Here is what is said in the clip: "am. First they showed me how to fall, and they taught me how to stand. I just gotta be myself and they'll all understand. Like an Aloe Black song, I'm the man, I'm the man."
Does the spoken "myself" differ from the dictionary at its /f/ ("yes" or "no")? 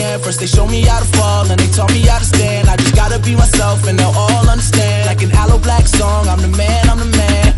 no